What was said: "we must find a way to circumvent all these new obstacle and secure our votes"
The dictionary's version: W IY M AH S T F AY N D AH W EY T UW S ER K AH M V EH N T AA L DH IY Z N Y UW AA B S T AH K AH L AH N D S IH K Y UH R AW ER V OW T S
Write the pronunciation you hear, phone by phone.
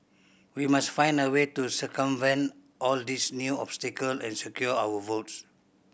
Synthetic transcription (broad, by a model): W IY M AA S T F AY N D AH W EY T UW S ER K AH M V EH N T AA L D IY S N Y UW AA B S T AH K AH L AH N S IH K Y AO AW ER V OW T S